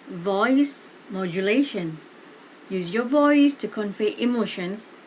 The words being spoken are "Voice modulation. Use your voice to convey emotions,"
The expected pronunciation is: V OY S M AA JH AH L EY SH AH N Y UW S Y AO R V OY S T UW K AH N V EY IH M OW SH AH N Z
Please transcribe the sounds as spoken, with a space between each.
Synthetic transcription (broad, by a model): V OY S M AA JH AH L EY SH AH N Y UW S Y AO V OY S T UW K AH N F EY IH M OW SH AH N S